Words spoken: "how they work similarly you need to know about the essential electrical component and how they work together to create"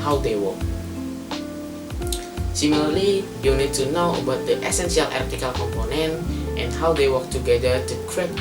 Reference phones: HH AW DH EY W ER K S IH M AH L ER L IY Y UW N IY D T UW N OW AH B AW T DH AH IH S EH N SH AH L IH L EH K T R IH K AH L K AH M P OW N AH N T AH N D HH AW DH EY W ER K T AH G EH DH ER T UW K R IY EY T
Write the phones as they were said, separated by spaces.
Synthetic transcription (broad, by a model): HH AW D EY W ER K S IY M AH L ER L IY Y UW N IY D T UW N OW AH B AW T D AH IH S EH N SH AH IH L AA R T IH K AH L K AH M P OW N AH N T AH N HH AW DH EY W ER K T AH G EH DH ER T UW K R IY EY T